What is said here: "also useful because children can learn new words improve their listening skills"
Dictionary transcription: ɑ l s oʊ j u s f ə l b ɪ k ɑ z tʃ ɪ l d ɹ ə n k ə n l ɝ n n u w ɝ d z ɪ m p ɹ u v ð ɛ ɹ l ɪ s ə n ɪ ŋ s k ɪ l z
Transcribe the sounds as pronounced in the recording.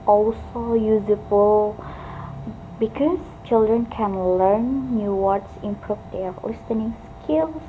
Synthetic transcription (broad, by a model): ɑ l s oʊ j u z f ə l b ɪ k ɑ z tʃ ɪ l d ɹ ə n k ə n l ɝ n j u w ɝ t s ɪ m p ɹ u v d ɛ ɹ l ɪ s ə n ɪ ŋ s k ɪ l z